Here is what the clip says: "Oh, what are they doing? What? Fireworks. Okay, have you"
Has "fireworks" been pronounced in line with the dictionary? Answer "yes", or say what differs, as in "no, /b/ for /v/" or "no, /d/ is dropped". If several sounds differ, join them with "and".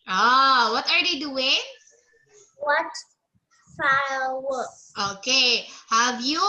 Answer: no, /l/ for /ɹ/